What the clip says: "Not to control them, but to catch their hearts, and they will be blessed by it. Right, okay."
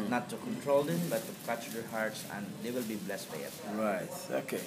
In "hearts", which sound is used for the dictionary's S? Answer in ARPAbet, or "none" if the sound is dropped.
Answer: S